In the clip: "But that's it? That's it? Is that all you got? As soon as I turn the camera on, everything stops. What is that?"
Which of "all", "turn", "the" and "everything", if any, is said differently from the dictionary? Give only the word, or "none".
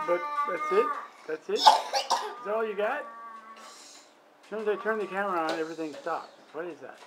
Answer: none